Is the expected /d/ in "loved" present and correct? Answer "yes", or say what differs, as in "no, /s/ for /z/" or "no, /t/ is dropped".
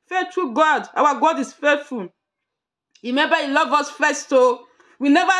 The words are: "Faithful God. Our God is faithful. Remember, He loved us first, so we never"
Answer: no, /d/ is dropped